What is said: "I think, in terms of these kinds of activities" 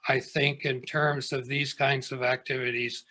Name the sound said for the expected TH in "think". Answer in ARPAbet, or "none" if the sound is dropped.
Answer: TH